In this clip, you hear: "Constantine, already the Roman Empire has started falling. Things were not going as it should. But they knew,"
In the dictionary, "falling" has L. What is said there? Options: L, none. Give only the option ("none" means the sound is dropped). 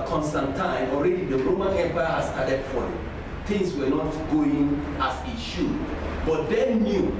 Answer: none